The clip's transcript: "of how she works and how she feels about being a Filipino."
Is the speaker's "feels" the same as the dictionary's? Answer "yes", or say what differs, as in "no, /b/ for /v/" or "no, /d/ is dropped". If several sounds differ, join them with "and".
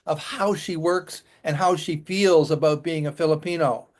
yes